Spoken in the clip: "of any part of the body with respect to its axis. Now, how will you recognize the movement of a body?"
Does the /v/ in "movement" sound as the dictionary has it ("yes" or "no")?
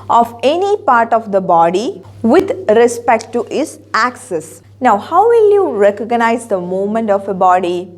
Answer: no